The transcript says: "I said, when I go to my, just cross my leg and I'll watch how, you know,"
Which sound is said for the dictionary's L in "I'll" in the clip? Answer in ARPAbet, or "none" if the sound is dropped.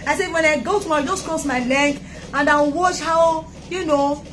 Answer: N